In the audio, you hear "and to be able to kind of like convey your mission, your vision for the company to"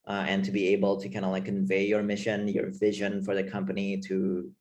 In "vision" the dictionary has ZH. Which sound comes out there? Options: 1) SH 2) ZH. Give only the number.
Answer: 2